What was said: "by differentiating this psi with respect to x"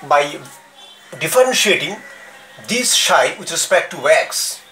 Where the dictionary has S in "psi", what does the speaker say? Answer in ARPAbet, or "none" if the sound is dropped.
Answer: SH